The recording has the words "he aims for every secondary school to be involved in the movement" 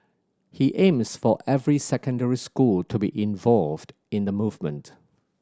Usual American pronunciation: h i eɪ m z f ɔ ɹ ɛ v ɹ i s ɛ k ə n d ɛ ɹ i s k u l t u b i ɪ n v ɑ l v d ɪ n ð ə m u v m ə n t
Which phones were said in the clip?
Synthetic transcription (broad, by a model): h i eɪ m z f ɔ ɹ ɛ v ɹ i s ɛ k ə n d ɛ ɹ i s k u l t u b i ɪ n v ɑ l v d ɪ n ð ə m u v m ə n t